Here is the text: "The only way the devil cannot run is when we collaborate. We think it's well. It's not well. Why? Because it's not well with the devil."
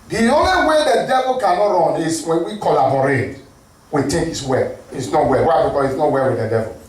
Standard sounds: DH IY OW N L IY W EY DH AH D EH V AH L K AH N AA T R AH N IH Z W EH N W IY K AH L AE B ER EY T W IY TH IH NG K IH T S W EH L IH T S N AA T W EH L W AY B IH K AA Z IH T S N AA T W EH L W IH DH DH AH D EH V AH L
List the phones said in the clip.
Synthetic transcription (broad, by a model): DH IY OW N L IY W EY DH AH D EH V AH L K AH N AA T R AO N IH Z W EH N W IY K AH L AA B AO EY T W IY T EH K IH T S W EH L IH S N AA T W EH L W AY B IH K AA IH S N AA T W EH L W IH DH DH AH D EH V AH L